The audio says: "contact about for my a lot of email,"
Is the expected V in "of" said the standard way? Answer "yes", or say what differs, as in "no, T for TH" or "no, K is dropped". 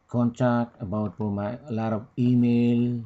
no, P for V